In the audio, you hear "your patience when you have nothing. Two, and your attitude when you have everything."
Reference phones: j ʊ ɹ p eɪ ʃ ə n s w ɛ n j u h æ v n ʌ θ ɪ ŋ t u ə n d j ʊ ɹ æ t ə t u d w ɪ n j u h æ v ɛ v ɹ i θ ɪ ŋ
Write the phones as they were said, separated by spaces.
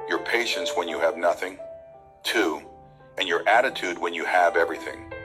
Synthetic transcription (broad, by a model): j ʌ ɹ p eɪ ʃ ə n s w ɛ n j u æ v n ʌ θ ɪ ŋ t u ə n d j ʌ ɹ æ t ə t u d w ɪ n j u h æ v ɛ v ɹ i θ ɪ ŋ